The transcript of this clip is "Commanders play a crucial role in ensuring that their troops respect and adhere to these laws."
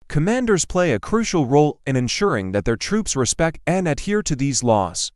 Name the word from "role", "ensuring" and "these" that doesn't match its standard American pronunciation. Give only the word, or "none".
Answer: none